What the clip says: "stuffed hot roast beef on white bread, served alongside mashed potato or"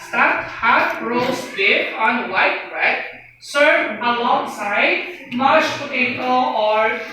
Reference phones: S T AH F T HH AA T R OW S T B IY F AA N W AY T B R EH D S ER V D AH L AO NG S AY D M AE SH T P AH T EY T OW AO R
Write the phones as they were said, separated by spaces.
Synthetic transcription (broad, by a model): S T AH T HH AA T R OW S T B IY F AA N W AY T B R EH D S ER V AH L AO NG S AY D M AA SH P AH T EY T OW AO R